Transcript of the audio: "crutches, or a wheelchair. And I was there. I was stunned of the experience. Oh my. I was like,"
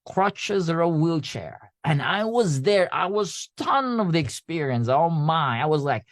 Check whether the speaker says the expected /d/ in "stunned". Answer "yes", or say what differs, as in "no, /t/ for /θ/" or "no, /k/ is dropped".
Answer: no, /d/ is dropped